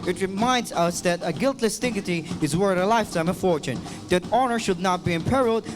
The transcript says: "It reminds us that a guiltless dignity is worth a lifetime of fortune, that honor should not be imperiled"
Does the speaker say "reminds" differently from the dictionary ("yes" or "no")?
no